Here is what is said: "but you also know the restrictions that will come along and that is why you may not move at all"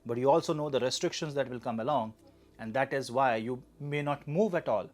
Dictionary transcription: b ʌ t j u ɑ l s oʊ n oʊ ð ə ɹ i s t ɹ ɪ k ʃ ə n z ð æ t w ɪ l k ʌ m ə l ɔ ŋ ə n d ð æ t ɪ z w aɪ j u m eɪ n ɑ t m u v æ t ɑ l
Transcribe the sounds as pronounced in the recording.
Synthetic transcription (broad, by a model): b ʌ t j u ɑ l s oʊ n oʊ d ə ɹ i s t ɹ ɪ k ʃ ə n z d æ t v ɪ l k ʌ m ə l ɔ ŋ ə n d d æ t ɪ z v aɪ j u m eɪ n ɑ t m u v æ t ɑ l